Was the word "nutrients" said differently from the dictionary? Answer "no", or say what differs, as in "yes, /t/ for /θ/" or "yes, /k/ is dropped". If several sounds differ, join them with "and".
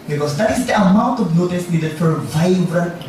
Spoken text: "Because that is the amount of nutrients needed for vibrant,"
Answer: yes, /ɹ/ is dropped